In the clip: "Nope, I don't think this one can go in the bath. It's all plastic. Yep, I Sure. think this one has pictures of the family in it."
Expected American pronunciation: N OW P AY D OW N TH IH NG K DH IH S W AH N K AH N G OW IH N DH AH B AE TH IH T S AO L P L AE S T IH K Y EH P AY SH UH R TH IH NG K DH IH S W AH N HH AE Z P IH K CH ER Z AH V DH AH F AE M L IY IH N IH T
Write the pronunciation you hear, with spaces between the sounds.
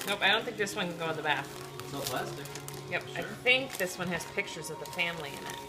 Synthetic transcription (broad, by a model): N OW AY D OW N TH IH NG K DH IH S W AH N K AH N G OW IH N DH AH B AE TH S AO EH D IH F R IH Y EH P AY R TH IH NG K DH IH S W AH N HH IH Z P IH K CH ER Z AH V DH AH F AE M L IY IH N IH T